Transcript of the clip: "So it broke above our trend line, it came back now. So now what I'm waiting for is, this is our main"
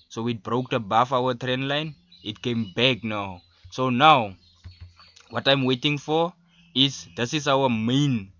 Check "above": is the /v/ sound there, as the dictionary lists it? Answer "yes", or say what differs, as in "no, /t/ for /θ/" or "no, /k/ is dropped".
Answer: no, /f/ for /v/